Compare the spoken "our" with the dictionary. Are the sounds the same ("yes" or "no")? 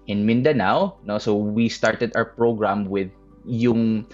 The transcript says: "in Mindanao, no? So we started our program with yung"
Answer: no